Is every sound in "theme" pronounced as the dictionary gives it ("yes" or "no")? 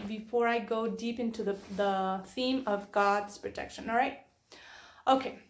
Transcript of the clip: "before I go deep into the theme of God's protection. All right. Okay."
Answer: yes